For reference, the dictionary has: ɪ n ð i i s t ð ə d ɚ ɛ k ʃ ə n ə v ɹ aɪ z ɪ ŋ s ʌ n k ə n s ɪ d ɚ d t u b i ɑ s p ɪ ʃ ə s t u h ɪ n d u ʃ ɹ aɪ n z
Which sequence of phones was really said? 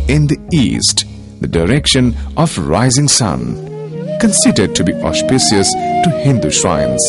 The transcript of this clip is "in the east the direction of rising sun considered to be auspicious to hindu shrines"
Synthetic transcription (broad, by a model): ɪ n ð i i s t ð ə d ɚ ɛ k ʃ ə n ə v ɹ aɪ z ɪ ŋ s ʌ n k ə n s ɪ d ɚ d t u b i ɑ s p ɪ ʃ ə s t u h ɪ n d u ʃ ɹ aɪ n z